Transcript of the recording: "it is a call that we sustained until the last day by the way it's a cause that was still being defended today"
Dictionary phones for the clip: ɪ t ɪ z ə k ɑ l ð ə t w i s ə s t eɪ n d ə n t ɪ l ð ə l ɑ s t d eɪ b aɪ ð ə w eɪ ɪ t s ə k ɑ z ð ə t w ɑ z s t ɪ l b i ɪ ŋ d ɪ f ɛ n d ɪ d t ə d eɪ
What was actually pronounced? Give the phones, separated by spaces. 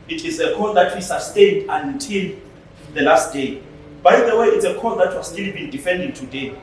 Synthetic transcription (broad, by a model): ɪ t ɪ z ə k ɑ l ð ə t w i s ə s t eɪ n d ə n t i l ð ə l ɑ s t d eɪ b aɪ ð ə w eɪ ɪ t s ə k ɑ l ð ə t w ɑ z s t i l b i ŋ d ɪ f ɛ n d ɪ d t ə d eɪ